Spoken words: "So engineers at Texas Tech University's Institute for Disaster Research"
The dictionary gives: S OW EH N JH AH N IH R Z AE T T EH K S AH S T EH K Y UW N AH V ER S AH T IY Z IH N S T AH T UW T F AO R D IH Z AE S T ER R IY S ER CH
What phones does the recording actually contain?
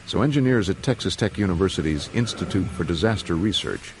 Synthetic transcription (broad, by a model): S OW EH N JH AH N IH R Z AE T T EH K S AH S T EH K Y UW N AH V ER S AH T IY Z IH N S T AH T UW T F AO R D IH Z AE S T ER R IY S ER CH